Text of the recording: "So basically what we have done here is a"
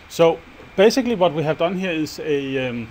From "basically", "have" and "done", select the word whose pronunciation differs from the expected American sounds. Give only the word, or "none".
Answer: none